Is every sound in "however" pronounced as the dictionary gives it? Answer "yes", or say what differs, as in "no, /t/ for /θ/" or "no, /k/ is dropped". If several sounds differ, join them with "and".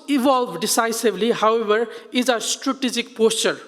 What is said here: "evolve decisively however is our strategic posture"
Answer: no, /b/ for /v/